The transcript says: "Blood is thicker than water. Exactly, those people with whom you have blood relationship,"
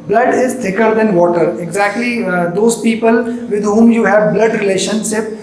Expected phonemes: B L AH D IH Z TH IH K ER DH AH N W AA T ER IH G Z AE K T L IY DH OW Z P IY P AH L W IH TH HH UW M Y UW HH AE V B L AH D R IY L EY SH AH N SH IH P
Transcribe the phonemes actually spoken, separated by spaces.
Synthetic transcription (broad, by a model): B L AH D IH Z T IH K ER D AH N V AA T ER IH G Z AE K T L IY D OW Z P IY P AH L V IH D HH UW M Y UW HH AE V B L AH D R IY L EY SH AH N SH IH P